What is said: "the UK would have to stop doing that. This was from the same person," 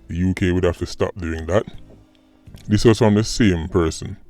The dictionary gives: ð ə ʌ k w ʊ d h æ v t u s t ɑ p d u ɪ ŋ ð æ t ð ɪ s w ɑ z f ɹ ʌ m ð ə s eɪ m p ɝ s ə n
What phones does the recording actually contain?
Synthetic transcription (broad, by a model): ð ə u k w ʊ d h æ f t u s t ɑ p d u ɪ ŋ ð æ t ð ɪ s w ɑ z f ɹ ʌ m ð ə s eɪ m p ɝ s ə n